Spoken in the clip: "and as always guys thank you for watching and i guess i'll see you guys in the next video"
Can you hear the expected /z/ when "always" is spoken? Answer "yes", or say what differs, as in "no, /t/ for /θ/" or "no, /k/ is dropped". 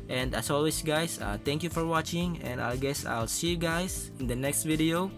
no, /s/ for /z/